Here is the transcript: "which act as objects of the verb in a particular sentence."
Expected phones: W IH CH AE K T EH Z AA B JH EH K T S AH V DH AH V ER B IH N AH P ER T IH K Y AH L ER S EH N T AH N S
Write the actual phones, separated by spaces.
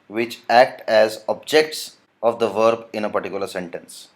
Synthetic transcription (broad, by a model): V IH CH AE K T EH Z AA B JH EH K T S AH V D AH V ER B IH N AH P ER T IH K Y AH L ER S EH N T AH N S